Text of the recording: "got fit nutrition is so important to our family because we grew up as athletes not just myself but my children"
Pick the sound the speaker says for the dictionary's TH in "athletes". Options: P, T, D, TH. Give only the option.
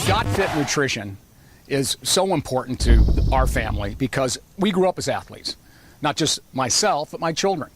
TH